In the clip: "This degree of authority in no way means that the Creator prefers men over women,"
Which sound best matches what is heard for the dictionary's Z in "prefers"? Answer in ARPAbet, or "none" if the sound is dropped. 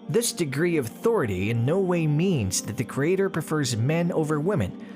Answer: Z